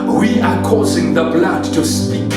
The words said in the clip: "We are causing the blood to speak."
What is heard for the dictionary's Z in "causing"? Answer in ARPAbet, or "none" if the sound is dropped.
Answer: Z